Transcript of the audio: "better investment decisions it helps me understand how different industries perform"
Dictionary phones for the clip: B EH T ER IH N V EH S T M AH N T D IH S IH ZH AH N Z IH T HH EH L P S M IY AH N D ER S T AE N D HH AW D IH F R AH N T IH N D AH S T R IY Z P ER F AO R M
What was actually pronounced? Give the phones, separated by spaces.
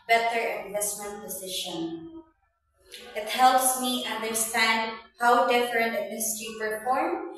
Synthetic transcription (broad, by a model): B EH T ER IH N V EH S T M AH N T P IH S IH SH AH N IH T HH EH L P S M IY AH N D ER S T AE N D HH AW D IH F R AH N T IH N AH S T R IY P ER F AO R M